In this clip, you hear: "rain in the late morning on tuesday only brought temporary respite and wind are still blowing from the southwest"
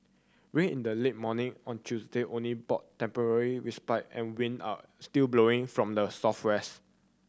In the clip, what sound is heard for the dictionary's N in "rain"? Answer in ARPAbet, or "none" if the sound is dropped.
none